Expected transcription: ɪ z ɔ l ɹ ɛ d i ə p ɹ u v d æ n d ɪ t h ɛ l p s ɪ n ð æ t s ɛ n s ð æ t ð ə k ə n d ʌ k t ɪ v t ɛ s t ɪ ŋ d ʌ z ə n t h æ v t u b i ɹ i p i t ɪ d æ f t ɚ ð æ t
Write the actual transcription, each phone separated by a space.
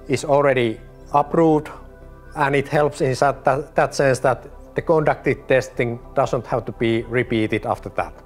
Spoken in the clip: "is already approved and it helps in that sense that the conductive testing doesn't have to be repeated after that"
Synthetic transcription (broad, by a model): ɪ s ɔ l ɹ ɛ d i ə p ɹ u d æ n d ɪ t h ɛ l p s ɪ n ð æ t s ɛ n s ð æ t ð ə k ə n d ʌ k t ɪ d t ɛ s t ɪ ŋ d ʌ s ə n t h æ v t u b i ɹ i p i t ɪ d æ f t ɚ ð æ t